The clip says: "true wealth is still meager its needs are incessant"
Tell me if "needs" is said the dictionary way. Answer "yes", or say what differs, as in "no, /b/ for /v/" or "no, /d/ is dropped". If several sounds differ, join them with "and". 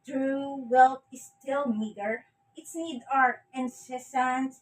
no, /z/ is dropped